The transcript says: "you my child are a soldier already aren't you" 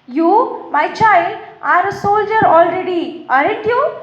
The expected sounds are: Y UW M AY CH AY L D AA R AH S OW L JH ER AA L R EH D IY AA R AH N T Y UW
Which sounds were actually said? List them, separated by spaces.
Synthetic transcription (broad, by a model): Y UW M AY CH AY L D AA R AH S OW L JH ER AA L R EH D IY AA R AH T Y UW